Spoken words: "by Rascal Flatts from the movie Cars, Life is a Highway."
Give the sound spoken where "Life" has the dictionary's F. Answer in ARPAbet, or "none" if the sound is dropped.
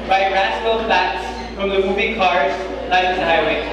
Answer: none